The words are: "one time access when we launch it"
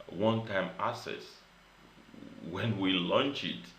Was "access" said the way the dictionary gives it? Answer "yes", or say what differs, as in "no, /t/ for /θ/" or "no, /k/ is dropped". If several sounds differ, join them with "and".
no, /k/ is dropped